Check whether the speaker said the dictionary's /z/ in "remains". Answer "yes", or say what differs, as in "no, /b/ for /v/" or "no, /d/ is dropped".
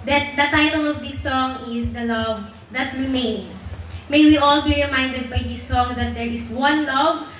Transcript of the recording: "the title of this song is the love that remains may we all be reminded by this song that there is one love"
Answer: no, /s/ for /z/